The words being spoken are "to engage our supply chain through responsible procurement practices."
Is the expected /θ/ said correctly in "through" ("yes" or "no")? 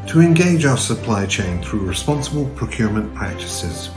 yes